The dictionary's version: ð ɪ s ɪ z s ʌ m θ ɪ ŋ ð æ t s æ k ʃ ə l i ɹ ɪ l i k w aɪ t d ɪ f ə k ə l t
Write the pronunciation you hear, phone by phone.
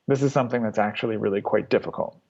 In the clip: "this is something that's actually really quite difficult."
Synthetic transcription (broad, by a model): ð ɪ s ɪ z s ʌ m θ ɪ ŋ ð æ t s æ k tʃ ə l i ɹ ɪ l i k w aɪ t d ɪ f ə k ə l t